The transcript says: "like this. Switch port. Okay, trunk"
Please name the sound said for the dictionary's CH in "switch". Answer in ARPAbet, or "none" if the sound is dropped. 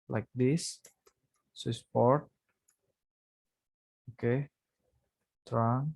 S